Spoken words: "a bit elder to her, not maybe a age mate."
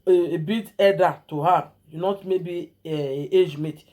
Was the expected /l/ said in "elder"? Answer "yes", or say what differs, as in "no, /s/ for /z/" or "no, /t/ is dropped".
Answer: no, /l/ is dropped